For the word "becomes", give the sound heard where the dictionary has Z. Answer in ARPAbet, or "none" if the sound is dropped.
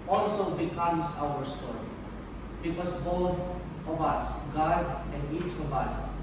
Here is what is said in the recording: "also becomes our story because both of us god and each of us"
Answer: S